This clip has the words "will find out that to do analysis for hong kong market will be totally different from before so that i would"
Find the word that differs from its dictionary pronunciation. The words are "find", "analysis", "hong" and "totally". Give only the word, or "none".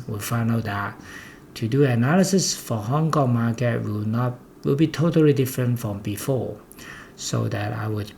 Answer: find